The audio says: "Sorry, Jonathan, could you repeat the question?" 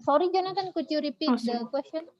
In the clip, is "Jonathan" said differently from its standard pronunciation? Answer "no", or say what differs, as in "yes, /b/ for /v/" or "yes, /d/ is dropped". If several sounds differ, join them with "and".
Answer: yes, /t/ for /θ/